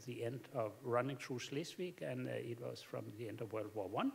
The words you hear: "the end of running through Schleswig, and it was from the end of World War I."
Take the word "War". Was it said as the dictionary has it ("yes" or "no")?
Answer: no